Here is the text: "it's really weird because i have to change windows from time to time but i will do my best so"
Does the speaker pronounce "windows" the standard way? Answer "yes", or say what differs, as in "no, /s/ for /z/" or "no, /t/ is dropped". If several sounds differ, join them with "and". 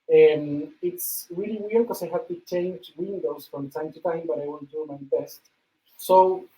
no, /s/ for /z/